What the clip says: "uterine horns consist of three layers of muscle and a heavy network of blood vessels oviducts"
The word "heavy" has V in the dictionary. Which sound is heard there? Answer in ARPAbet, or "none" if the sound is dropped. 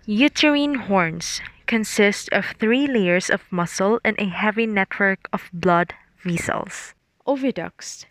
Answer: V